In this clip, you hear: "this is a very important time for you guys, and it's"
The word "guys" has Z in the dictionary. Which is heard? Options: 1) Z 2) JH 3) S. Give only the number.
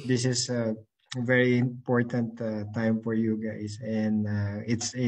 3